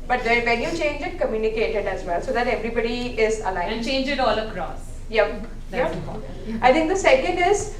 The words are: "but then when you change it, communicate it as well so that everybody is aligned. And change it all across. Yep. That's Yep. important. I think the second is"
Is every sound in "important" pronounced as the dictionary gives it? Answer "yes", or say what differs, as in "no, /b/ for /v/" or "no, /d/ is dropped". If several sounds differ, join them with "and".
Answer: no, /n/ is dropped